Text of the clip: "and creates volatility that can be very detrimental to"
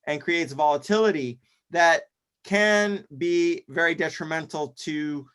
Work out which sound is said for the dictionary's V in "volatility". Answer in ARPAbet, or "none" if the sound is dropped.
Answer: V